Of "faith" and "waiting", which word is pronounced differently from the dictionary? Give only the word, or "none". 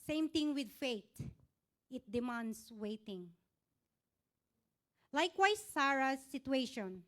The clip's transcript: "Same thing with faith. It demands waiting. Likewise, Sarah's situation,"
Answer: faith